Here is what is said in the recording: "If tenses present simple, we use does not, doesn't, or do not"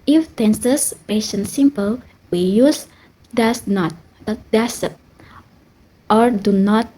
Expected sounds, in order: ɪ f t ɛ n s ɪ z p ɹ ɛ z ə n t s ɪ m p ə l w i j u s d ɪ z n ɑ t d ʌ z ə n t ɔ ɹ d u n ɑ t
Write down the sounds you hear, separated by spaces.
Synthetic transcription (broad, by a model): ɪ f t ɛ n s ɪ s p ɛ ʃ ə n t s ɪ m p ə l w i j u s d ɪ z n ɑ t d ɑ s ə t t ɔ ɹ d u n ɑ t